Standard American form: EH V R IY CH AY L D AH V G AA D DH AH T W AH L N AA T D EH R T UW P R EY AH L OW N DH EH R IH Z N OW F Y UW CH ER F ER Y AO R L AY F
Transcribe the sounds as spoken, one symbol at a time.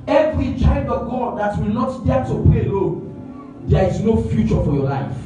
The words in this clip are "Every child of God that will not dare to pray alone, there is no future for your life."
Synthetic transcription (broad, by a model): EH V R IY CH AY D AH V G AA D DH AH T W AH L N AA T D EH T UW P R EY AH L OW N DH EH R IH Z N OW F Y UW CH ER F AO Y AO L AY F